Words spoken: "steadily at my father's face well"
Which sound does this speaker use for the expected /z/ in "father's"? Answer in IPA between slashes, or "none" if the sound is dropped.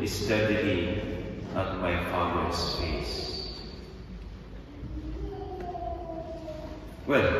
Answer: /s/